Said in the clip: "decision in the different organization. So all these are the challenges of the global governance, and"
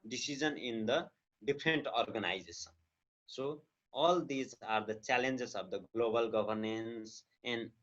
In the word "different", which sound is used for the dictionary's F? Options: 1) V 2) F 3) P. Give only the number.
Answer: 3